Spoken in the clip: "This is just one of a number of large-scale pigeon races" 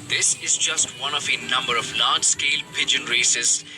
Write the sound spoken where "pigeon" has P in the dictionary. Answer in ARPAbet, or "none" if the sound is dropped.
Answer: P